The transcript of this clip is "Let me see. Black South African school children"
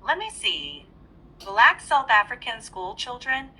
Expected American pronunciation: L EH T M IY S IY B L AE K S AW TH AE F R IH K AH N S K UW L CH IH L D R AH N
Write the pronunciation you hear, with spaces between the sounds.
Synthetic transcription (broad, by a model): L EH T M IY S IY B L AE K S AW TH AE F R IH K AH N S K UW L CH IH L D R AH N